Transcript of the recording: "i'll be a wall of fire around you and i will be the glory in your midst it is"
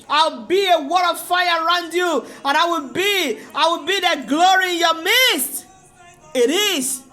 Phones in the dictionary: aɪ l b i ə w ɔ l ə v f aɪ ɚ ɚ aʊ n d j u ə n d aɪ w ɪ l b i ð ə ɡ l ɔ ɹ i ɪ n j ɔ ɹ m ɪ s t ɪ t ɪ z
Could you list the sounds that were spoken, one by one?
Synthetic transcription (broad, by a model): aɪ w b i ə w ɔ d ə v f aɪ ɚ ɚ aʊ n d j u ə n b aɪ w ɪ l b i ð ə ɡ l ɔ ɹ i ɪ n j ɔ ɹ m ɪ s t ɪ t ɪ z